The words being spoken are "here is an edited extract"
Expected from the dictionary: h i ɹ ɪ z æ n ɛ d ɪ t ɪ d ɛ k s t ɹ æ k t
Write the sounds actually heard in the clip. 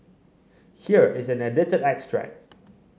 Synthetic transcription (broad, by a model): h i ɹ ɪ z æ n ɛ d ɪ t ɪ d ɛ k s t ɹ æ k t